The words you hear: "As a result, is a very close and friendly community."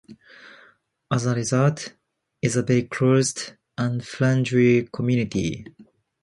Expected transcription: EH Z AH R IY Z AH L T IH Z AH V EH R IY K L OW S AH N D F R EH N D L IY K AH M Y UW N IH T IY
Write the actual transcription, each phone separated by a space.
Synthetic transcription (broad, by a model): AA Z AH R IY Z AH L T IH Z AH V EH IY K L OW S AH N D F L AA N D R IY K AH M Y UW N IH T IY